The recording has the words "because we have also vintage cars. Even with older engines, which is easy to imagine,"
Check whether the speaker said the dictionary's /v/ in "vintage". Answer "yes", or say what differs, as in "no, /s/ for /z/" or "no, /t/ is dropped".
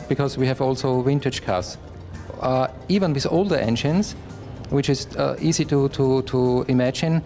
no, /w/ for /v/